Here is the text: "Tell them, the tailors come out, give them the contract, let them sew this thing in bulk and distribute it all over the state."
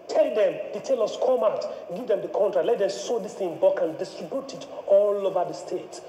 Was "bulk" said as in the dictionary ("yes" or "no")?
no